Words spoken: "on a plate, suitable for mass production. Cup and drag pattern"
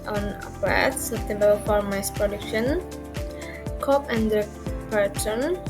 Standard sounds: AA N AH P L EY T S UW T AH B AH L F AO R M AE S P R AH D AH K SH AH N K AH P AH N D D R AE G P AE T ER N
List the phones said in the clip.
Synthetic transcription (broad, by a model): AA N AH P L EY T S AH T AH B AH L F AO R M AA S P R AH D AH K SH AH N K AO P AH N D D AH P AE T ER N